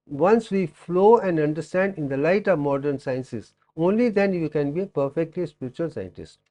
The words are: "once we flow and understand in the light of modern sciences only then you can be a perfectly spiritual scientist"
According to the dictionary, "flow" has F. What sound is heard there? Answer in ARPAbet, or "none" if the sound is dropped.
F